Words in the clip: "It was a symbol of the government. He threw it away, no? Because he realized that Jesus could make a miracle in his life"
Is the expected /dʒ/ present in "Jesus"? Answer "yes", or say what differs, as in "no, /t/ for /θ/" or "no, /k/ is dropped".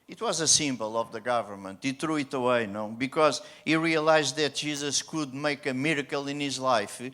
no, /ʒ/ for /dʒ/